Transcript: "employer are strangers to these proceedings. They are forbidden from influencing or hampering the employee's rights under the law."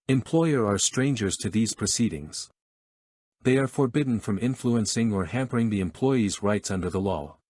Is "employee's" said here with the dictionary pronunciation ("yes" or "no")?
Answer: yes